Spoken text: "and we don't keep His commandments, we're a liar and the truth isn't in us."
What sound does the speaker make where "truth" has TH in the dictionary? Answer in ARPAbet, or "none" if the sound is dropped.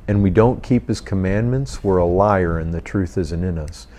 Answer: TH